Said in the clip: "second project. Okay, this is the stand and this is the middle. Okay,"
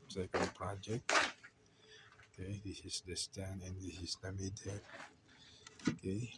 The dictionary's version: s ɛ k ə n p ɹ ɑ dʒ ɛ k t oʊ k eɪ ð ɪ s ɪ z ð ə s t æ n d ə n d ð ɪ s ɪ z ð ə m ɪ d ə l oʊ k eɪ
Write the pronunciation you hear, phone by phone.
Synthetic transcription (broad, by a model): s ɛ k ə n p ɹ ɑ dʒ ɛ k t oʊ k eɪ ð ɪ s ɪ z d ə s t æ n ə n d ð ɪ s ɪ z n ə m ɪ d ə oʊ k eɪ